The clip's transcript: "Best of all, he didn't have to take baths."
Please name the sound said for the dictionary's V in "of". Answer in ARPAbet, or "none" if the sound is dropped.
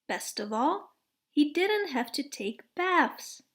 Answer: V